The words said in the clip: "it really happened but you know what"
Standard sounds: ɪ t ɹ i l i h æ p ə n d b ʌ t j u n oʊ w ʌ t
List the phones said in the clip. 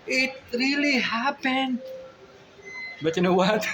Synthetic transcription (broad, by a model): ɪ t ɹ i l i h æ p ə n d b ʌ t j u n oʊ w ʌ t